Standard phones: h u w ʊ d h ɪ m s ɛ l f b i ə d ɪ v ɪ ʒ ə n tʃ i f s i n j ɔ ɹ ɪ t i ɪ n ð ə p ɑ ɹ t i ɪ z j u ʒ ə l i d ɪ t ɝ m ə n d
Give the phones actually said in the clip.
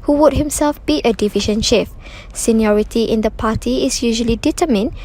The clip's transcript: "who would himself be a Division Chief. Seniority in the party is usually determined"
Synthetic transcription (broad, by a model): h u w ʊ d h ɪ m s ɛ l f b i ə d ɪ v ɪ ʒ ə n ʃ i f s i n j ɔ ɹ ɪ t i ɪ n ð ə p ɑ t i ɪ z j u ʒ ə l i d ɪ t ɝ m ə n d